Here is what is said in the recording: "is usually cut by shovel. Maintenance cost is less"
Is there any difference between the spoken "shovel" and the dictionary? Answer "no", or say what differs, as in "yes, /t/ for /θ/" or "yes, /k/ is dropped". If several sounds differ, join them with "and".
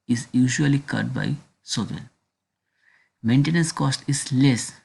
yes, /s/ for /ʃ/